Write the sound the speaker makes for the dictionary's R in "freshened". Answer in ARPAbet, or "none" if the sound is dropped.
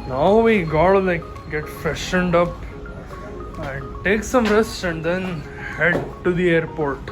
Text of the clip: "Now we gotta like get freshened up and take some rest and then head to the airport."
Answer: none